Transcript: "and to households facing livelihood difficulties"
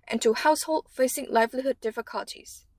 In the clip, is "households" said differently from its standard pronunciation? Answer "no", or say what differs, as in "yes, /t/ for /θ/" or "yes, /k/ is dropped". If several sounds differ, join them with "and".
yes, /z/ is dropped